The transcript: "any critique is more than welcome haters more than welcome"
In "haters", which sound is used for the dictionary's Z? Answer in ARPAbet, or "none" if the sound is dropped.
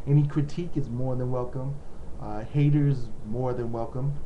Z